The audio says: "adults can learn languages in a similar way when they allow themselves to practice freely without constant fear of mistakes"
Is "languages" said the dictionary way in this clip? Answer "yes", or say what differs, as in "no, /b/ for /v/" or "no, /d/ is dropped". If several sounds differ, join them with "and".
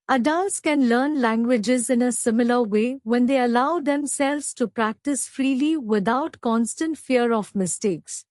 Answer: yes